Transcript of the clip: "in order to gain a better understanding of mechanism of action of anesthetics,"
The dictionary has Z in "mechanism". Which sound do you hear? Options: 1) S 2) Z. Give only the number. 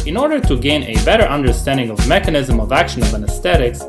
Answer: 2